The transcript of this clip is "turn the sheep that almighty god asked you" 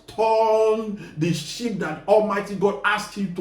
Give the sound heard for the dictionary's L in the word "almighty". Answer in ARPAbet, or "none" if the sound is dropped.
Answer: L